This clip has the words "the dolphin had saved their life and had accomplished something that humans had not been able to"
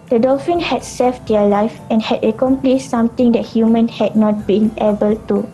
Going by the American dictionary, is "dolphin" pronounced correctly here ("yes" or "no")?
yes